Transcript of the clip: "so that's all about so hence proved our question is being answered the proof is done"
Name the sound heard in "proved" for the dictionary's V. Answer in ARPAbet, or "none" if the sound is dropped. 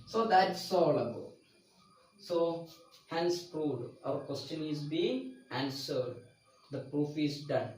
none